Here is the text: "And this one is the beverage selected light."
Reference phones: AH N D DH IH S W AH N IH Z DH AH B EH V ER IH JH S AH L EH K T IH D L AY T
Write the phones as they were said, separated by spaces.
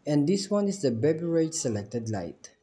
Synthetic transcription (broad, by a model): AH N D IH S W AH N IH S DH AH B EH B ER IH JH S AH L EH K T IH D L AY T